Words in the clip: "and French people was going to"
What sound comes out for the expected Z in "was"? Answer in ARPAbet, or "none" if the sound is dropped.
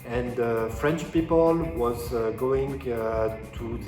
Z